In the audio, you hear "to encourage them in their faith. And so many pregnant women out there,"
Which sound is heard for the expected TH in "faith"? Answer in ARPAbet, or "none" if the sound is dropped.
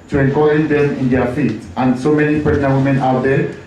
T